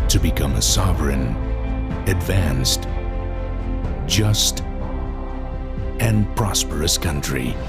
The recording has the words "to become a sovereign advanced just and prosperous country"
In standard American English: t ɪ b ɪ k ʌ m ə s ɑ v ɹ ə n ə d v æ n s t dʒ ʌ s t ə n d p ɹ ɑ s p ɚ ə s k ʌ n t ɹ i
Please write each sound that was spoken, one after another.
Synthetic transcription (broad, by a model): t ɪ b ɪ k ʌ m ə s ɑ v ɹ ə n ə d v æ n s t dʒ ʌ s t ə n p ɹ ɑ s p ɚ ə s k ʌ n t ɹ i